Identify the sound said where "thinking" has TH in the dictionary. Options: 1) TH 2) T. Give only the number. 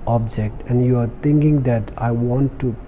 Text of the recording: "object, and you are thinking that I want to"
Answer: 2